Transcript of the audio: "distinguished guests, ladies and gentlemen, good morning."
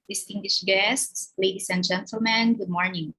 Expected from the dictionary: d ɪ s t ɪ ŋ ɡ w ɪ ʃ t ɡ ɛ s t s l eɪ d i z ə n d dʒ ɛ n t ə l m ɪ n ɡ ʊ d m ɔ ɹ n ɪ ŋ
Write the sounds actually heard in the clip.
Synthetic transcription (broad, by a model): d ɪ s t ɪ ŋ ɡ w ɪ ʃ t ɡ ɛ s t s l eɪ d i s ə n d dʒ ɛ n t ə l m ɪ n ɡ ʊ d m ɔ ɹ n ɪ ŋ